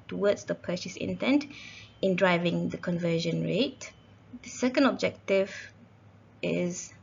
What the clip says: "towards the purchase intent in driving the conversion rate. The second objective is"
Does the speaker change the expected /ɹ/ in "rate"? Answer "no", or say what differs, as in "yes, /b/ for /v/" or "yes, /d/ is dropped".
no